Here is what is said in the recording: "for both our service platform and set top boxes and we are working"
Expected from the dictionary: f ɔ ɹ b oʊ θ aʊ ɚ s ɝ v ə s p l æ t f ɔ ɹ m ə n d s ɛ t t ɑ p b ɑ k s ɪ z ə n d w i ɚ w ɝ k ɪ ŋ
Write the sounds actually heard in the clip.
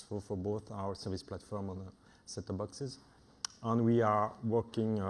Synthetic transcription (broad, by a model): f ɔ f b oʊ θ aʊ ɚ s ɝ v ə s p l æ t f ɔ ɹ m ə n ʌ s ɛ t t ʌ b ɑ k s ɪ z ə n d w i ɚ w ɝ k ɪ ŋ